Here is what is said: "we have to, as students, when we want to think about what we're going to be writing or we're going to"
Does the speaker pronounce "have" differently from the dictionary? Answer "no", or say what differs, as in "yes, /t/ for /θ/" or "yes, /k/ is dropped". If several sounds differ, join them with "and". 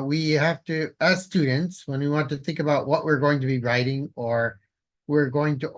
yes, /f/ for /v/